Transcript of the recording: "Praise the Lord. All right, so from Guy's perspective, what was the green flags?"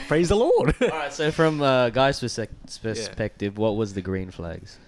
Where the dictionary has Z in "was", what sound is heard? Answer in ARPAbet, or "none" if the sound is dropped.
Z